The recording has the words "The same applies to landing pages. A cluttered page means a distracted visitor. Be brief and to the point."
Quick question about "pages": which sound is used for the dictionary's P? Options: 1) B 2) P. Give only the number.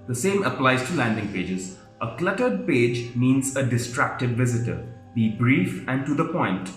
2